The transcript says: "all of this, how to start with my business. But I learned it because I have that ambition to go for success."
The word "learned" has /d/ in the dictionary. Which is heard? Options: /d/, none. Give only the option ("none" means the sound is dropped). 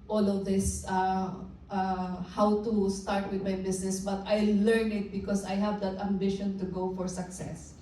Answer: none